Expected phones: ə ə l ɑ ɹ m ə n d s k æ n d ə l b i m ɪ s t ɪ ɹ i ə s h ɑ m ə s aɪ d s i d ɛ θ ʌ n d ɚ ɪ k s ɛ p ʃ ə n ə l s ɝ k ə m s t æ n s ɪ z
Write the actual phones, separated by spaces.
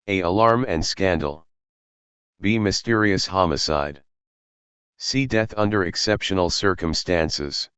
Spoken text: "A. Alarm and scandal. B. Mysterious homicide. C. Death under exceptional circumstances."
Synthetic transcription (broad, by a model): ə ə l ɑ ɹ m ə n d s k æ n d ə l b i m ɪ s t ɪ ɹ i ə s h ɑ m ə s aɪ d s i d ɛ θ ʌ n d ɚ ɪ k s ɛ p ʃ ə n l s ɝ k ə m s t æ n s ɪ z